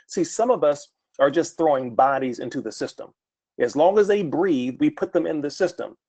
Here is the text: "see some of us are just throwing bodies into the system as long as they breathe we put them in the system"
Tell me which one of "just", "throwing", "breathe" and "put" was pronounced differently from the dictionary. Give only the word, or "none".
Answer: none